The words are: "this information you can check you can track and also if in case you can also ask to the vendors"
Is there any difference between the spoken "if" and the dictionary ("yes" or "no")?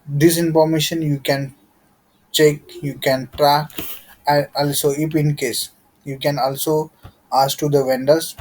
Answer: yes